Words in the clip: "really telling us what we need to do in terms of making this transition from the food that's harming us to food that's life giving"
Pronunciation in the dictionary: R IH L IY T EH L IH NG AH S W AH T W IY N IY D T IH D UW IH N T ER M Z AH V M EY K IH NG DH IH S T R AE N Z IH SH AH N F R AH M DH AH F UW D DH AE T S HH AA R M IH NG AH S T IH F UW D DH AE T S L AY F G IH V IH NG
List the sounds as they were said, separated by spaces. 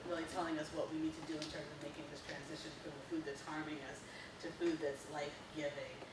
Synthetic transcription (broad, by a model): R IH L IY T EH L IH NG AH S W AH T W IY N IY D T IH D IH IH N S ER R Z AH V M EY K IH NG DH IH S T R AE N Z IH SH AH N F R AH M DH AH F UW D DH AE T S HH AA R M IH NG AH S T IH F UW D DH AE T S L AY F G IH V IH NG